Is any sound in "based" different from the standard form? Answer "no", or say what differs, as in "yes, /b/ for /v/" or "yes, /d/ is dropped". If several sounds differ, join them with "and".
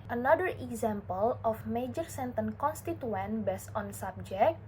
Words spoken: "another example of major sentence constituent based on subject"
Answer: yes, /t/ is dropped